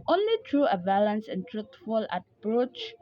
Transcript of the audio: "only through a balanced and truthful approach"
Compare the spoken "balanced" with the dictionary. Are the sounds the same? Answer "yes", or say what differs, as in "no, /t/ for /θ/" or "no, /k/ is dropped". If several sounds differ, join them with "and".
no, /t/ is dropped